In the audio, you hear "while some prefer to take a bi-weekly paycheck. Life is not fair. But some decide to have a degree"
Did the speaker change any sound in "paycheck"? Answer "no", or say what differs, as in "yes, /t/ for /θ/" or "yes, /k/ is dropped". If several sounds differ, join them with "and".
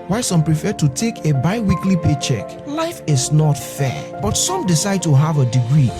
no